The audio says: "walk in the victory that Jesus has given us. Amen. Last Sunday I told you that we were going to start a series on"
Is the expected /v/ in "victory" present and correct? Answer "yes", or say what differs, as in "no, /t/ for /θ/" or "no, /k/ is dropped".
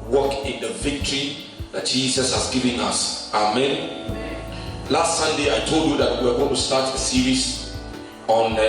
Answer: yes